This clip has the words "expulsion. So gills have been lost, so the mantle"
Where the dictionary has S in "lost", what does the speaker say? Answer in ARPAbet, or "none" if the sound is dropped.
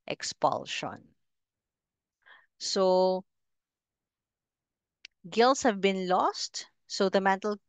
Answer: S